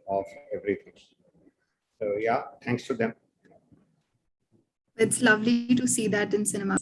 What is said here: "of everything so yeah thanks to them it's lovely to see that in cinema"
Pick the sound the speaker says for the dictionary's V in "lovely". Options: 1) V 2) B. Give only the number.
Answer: 1